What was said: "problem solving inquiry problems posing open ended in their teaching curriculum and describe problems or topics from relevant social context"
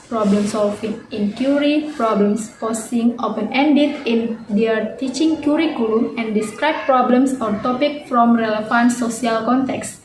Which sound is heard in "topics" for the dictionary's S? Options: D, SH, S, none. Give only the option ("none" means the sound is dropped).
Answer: none